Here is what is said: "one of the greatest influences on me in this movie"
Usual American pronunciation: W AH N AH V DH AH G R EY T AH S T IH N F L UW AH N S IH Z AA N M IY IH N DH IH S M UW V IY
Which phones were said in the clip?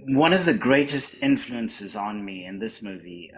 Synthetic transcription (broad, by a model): W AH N AH V DH AH G R EY T AH S T IH N F L UW AH N S IH Z N M IY IH N DH IH S M UW V IY